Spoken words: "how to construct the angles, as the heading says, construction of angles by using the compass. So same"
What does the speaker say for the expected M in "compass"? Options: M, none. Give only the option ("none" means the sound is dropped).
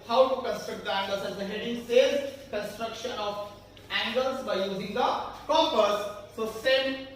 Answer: none